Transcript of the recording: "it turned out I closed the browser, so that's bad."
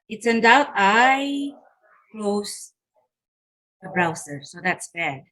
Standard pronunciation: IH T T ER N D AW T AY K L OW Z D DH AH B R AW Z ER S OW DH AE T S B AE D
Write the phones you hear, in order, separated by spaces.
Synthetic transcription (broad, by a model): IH T S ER N D AW T AY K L OW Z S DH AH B R AW S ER S OW DH AE T S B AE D